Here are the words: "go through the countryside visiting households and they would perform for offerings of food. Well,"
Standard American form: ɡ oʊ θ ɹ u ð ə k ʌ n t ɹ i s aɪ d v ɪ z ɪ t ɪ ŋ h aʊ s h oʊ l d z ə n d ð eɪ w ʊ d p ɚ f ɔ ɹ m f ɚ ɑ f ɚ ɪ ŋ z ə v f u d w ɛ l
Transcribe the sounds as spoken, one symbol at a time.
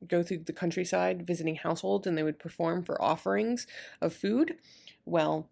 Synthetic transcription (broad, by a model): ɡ oʊ θ ɹ u ð ə k ʌ n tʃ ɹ i s aɪ d v ɪ z ɪ t ɪ ŋ h aʊ s h oʊ l d z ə n ð eɪ w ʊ d p ɚ f ɔ ɹ m f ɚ ɑ f ɚ ɪ ŋ z ə v f u d w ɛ l